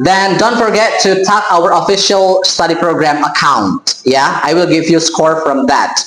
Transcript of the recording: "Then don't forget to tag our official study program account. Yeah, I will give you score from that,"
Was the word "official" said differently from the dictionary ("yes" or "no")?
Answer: no